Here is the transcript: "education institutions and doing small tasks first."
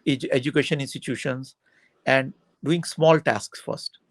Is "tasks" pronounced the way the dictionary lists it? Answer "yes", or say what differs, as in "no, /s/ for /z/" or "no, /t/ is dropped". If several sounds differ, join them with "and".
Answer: yes